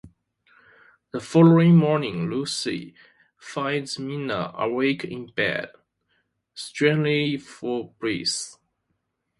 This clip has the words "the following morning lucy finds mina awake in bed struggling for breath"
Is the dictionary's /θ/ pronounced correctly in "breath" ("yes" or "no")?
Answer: no